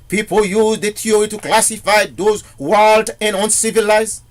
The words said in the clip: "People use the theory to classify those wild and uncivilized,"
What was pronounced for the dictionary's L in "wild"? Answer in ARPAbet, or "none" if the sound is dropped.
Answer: L